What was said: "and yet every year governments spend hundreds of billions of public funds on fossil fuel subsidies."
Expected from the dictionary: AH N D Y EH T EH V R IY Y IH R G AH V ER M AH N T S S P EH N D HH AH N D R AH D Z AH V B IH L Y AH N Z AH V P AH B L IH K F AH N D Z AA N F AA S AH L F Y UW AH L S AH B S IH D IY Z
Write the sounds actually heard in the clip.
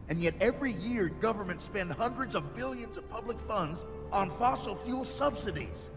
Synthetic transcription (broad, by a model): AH N Y EH T EH V R IY Y IH R G AH V ER M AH N T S S P EH N D HH AH N D R AH D Z AH V B IH L Y AH N Z AH V P AH B L IH K F AH N D Z N F AA S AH L F Y UW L S AH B S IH D IY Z